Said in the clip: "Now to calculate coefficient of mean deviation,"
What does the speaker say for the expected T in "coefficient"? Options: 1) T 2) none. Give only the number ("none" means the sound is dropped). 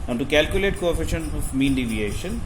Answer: 2